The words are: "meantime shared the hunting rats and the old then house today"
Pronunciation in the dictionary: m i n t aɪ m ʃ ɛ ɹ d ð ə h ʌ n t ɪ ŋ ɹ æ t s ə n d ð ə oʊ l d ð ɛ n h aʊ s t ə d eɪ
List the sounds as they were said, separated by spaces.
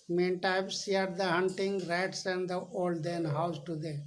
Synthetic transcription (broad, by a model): m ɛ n t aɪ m s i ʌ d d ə h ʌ n t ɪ ŋ ɹ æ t s ə n d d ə oʊ l d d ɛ n h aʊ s t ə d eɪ